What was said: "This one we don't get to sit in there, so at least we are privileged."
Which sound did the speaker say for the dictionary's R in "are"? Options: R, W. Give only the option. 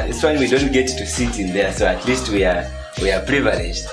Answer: W